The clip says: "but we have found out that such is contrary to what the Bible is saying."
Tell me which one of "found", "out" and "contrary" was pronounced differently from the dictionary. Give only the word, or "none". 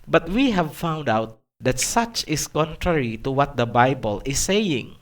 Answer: none